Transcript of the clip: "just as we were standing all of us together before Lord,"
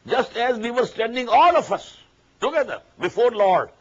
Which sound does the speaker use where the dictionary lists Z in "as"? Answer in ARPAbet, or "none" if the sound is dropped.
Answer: Z